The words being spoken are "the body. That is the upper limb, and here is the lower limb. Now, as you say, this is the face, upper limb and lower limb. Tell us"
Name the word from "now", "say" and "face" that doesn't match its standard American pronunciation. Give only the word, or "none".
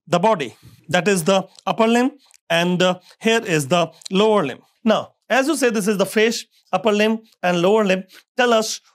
face